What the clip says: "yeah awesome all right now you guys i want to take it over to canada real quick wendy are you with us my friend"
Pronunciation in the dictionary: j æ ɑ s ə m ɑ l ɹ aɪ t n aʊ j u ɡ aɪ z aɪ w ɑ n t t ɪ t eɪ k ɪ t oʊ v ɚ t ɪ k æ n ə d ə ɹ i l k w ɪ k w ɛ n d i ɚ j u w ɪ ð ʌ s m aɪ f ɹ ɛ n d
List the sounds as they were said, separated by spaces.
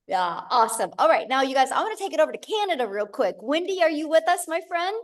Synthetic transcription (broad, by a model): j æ ɑ s ə m ɑ l ɹ aɪ t n aʊ j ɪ ɡ aɪ z aɪ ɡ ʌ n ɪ t eɪ k ɪ t oʊ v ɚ t ɪ k æ n ə d ə ɹ i l k w ɪ k w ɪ n d i ɚ j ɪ w ɪ ð ʌ s m aɪ f ɹ ɛ n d